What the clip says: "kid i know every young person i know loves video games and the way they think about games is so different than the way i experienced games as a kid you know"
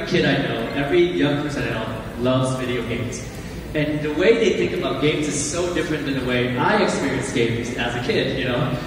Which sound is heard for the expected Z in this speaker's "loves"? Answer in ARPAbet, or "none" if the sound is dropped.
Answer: Z